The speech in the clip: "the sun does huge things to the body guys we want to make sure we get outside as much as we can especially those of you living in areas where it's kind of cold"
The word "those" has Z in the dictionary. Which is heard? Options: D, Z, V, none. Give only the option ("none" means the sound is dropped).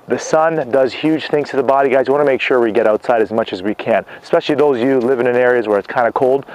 none